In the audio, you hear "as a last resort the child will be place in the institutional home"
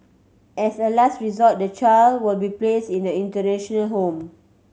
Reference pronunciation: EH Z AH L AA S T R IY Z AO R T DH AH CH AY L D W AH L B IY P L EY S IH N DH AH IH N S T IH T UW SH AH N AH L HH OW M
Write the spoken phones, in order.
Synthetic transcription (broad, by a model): EH S AH L AA S T R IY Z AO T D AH CH AY L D W AH L B IY P L EY S IH N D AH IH N T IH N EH SH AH N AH L HH OW M